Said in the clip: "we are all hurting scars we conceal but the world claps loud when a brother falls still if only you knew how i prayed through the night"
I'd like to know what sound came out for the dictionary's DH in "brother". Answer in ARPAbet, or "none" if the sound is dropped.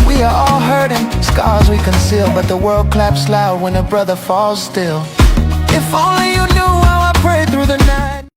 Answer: DH